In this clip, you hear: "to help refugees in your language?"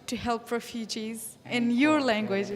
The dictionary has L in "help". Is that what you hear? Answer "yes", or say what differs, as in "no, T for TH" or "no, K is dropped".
yes